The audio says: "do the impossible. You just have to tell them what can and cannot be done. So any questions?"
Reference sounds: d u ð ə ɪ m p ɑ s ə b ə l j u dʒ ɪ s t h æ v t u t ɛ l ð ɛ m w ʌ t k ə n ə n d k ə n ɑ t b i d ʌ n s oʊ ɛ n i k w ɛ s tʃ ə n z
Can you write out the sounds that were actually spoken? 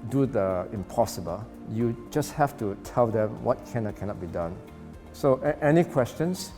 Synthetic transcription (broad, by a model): d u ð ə ɪ m p ɑ s ə b ə l j u dʒ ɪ s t h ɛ f t u t ɛ l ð ɛ m w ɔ t k ə n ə k ə n ɑ t b i d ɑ n s oʊ ɛ n i k w ɛ s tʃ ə n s